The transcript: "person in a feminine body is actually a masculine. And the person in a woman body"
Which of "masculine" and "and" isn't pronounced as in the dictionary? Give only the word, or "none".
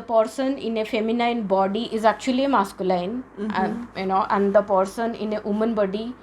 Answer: masculine